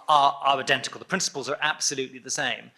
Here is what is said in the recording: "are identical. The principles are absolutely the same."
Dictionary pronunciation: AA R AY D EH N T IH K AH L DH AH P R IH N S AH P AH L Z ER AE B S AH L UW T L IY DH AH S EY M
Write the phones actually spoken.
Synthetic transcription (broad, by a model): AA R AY D EH N T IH K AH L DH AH P R IH N S AH P AH L Z ER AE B S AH L UW T L IY DH AH S EY M